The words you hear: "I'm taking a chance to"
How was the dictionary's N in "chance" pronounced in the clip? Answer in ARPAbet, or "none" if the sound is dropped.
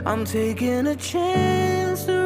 N